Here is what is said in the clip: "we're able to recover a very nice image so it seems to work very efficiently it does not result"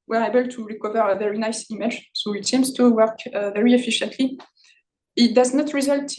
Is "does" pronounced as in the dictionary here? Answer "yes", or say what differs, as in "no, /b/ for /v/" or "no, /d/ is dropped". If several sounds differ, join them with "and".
yes